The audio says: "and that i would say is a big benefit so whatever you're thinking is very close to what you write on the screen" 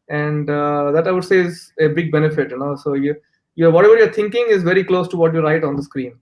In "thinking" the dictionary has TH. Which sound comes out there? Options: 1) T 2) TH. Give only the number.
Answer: 1